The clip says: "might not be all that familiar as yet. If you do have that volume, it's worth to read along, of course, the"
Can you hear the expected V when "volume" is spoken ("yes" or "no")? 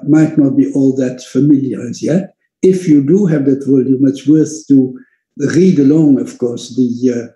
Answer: no